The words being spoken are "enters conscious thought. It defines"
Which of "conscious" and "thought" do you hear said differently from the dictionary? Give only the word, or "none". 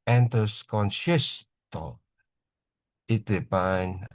thought